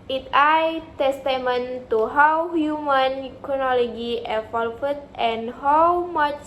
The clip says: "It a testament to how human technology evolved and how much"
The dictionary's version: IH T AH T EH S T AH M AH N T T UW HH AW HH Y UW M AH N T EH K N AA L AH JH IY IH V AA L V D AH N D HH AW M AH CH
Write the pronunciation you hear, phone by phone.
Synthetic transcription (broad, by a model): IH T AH T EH S T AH M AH N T T UW HH AW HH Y UW M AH N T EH N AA L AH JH IY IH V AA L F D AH N HH AW M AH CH